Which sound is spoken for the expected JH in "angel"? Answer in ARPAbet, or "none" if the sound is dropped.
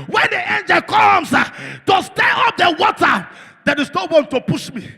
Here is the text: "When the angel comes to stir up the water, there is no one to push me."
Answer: JH